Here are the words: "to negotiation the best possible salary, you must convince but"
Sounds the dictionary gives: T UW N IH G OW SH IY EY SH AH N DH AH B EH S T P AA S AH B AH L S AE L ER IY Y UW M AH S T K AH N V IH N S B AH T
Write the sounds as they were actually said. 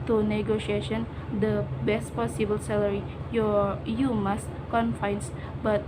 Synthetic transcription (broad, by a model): T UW N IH G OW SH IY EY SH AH N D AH B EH S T P AA S AH B AH L S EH L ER IY Y UW M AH S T K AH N F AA N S B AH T